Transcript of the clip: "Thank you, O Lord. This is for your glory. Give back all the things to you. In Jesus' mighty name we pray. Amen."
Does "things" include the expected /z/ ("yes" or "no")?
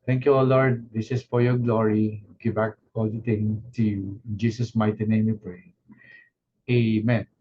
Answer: no